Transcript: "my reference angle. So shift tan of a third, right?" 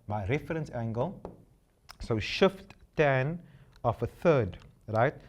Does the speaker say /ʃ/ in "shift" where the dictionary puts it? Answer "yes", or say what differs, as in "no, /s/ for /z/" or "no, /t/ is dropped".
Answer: yes